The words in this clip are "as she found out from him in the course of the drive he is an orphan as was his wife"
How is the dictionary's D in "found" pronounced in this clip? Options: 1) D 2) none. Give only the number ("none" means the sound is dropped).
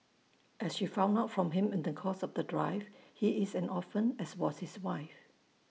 2